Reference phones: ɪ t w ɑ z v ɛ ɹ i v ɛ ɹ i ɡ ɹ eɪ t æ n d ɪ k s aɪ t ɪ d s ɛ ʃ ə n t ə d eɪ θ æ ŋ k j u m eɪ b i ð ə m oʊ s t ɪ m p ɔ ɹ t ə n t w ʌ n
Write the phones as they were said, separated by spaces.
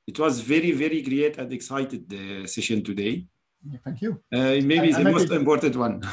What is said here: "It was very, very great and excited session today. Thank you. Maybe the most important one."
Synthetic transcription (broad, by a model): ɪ t w ɑ z v ɛ ɹ i v ɛ ɹ i ɡ ɹ eɪ t æ n d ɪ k s aɪ t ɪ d s ɛ ʃ ə n t ə d eɪ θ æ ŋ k j u m eɪ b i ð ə m oʊ s t ɪ m p ɔ ɹ t ə n t w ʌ n